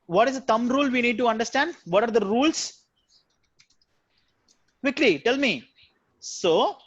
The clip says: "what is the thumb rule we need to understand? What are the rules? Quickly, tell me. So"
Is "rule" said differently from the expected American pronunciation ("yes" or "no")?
no